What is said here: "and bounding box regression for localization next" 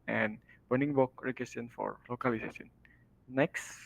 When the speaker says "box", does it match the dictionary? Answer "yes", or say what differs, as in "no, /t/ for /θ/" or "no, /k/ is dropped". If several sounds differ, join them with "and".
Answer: no, /s/ is dropped